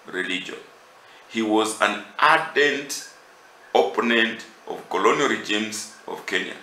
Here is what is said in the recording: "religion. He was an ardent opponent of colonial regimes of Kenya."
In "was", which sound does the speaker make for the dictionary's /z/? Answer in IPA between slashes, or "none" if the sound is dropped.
/z/